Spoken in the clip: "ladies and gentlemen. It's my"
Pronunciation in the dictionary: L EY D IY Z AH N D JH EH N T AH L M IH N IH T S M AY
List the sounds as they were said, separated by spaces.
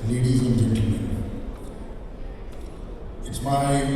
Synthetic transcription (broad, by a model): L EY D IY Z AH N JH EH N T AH M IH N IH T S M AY